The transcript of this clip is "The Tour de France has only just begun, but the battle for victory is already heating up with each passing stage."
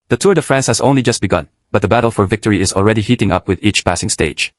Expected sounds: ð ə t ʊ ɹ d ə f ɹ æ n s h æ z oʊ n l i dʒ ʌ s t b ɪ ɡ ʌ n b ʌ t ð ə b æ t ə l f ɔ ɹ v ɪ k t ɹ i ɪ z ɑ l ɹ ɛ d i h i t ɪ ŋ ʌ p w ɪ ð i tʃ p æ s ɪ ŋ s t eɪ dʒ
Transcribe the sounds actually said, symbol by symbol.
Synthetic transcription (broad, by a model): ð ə t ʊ ɹ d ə f ɹ æ n s h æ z oʊ n l i dʒ ʌ s t b ɪ ɡ ʌ n b ʌ t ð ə b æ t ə l f ɔ ɹ v ɪ k t ɹ i ɪ z ɑ l ɹ ɛ d i h i t ɪ ŋ ʌ p w ɪ ð i tʃ p æ s ɪ ŋ s t eɪ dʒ